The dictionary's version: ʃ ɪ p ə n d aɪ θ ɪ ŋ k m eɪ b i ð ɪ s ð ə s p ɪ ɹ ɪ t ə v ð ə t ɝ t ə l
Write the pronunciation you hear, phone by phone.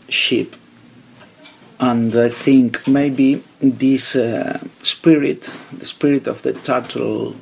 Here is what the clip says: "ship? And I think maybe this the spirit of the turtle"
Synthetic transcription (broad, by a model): ʃ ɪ p ə n d aɪ θ ɪ ŋ k m eɪ b i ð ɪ s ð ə s p ɪ ɹ ɪ t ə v ð ə t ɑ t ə l